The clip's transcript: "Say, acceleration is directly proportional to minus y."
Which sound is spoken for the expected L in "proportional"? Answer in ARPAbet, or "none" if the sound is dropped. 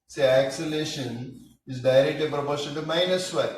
N